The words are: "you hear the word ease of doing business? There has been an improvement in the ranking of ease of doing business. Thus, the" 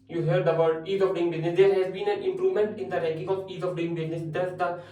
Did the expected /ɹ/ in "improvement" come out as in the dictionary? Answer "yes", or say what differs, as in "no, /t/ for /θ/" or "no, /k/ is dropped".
yes